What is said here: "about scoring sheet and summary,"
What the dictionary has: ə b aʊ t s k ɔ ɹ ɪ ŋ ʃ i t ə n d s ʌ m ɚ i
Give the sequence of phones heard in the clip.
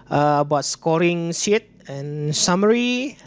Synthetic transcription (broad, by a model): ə b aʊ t s k ɔ ɹ ɪ ŋ s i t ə n s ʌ m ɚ i